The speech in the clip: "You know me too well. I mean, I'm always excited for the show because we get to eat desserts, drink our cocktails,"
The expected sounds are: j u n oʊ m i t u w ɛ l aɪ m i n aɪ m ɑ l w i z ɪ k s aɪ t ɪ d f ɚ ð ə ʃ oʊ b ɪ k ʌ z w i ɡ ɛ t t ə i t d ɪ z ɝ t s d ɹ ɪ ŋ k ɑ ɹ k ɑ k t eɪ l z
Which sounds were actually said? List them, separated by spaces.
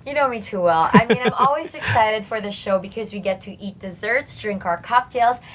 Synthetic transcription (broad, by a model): j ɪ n oʊ m i t u w ɛ l aɪ m i n aɪ m ɑ l w i z ɪ k s aɪ t ɪ d f ɚ ð ə ʃ oʊ b ɪ k ʌ z w i ɡ ɛ t t i t d ɪ z ɝ t s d ɹ ɪ ŋ k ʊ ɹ k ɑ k t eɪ l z